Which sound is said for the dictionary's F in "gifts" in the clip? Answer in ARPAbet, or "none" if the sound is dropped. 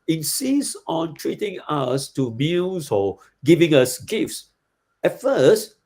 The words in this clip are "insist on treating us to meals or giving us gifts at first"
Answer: F